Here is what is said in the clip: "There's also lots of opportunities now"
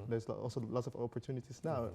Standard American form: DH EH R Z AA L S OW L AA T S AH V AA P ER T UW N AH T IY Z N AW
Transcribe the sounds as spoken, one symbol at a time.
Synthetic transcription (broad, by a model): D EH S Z AA L S OW L AA T S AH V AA P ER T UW N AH T IY S N AW